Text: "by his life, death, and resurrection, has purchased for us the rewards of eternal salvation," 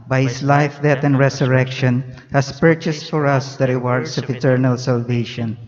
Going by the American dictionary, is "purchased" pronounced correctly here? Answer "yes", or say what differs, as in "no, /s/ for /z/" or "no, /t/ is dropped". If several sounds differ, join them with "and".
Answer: yes